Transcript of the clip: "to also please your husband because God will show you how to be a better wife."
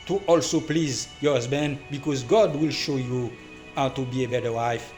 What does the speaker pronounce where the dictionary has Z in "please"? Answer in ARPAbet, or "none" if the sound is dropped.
Z